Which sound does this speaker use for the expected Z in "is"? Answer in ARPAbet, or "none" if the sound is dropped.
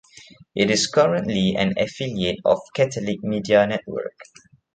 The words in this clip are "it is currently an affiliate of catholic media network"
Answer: S